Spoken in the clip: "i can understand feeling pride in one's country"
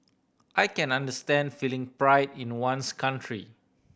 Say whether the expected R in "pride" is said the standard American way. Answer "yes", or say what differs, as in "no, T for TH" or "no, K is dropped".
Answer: yes